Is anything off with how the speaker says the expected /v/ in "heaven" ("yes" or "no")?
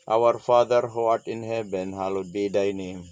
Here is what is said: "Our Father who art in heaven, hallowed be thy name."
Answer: yes